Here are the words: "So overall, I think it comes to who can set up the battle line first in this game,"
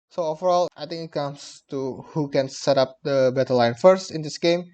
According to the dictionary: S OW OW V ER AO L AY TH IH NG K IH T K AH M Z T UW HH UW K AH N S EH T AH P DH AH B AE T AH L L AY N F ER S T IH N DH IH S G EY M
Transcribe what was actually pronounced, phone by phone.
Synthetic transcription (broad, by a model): S OW OW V ER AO L AY T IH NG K IH T K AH M S T UW HH UW K AH N S EH T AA P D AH B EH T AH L L AY N F ER S T IH N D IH S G EY M